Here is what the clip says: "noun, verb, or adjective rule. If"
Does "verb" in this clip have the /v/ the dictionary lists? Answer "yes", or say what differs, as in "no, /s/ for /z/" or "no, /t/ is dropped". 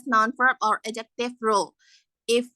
no, /f/ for /v/